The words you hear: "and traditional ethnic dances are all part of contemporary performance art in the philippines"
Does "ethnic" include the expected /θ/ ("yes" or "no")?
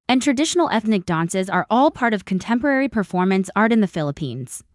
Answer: yes